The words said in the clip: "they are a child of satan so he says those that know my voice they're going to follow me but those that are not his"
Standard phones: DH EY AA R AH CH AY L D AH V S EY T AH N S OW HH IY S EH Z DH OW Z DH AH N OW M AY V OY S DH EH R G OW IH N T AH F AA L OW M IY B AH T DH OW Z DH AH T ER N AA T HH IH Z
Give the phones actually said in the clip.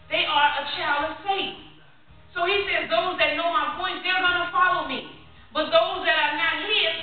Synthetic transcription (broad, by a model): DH EY AA R AH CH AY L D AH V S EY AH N S OW HH IY S EH Z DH OW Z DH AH N OW M AY P OY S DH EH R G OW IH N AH F AA L OW M IY B AH T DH OW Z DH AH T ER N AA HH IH